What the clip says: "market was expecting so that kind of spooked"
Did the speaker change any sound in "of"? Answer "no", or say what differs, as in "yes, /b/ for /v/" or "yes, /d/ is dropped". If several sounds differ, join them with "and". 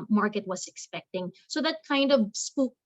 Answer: no